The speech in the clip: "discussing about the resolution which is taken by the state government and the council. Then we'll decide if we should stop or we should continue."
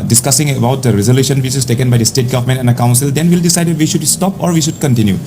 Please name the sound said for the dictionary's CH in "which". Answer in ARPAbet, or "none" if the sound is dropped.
S